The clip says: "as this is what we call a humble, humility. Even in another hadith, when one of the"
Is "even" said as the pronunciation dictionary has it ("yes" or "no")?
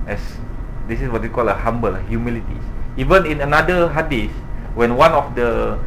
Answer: yes